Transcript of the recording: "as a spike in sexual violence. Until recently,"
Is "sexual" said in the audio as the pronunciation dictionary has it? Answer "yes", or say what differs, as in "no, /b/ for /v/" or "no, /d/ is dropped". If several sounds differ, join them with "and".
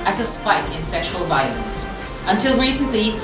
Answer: yes